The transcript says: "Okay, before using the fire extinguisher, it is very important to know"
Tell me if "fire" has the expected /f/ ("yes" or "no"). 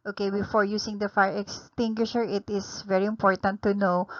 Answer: yes